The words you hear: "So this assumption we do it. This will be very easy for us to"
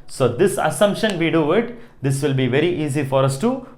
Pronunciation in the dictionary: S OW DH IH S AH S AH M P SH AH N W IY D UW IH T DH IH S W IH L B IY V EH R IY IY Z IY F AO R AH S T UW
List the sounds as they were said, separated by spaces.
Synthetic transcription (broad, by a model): S OW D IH S AH S AH M P SH AH N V IY D UW IH T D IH S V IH L B IY V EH R IY IY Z IY F AO R AH S T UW